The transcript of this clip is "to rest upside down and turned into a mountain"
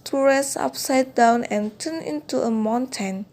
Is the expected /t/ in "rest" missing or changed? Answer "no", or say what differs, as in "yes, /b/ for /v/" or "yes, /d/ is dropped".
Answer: yes, /t/ is dropped